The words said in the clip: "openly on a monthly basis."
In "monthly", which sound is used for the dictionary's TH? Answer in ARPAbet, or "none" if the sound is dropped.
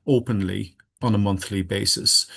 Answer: TH